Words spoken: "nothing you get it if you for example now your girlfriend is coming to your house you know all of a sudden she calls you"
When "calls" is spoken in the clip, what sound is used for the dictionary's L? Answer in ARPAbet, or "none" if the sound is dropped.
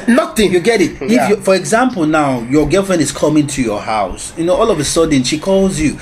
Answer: L